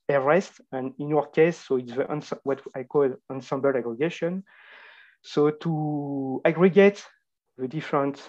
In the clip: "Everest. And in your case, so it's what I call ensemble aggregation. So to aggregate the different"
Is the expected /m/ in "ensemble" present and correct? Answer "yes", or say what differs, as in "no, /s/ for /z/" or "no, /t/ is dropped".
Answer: yes